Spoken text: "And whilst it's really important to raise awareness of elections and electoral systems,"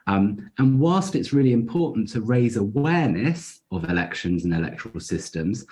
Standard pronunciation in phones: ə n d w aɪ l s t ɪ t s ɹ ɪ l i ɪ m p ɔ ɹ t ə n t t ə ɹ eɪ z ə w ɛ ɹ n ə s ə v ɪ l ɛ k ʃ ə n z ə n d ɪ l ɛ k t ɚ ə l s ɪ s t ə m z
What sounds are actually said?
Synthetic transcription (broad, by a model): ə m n w aɪ l s t ɪ t s ɹ ɪ l i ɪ m p ɔ t n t t ə ɹ eɪ z ə w ɛ n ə s ə v ɪ l ɛ k ʃ ə n z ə n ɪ l ɛ k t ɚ ə l s ɪ s t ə m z